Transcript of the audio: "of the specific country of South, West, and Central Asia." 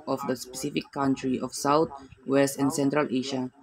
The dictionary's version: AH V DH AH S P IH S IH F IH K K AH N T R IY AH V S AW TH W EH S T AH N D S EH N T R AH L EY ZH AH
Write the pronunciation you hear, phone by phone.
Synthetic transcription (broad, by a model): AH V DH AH S P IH S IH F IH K K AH N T R IY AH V S AW T W EH S T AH N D S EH N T R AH L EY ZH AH